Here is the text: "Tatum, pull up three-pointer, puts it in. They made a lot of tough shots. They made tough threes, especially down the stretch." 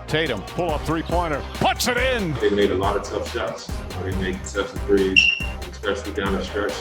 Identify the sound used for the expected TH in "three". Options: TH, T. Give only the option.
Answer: TH